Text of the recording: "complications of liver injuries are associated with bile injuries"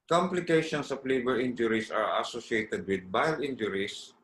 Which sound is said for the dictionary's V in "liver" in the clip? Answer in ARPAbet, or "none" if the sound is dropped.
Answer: B